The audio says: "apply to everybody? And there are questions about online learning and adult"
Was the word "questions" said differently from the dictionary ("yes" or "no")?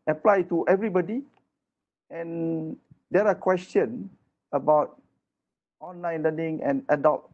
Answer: yes